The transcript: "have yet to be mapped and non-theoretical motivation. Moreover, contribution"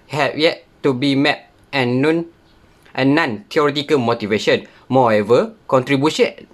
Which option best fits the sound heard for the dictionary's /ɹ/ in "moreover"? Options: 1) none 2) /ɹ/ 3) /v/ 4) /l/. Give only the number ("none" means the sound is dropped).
1